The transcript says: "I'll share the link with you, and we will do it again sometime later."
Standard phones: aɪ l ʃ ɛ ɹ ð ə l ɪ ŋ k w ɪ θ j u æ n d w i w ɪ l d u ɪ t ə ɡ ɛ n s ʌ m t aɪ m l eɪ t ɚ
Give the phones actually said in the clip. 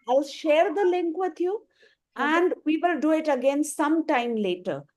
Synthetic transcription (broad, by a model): aɪ l ʃ ɛ ɹ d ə l ɪ ŋ k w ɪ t j u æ n d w i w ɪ l d u ɪ t ə ɡ ɛ n s ʌ m t aɪ m l eɪ t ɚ